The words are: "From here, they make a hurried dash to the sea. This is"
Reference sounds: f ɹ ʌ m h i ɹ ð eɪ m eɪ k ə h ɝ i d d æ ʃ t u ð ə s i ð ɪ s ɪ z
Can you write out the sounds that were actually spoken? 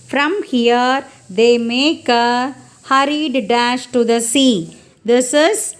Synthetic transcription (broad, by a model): f ɹ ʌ m h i ɹ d eɪ m eɪ k ə h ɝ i d d æ ʃ t u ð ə s i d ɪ s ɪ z